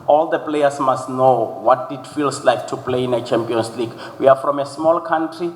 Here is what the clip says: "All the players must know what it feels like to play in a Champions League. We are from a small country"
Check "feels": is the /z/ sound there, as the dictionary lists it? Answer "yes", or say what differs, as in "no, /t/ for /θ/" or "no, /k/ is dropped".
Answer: no, /s/ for /z/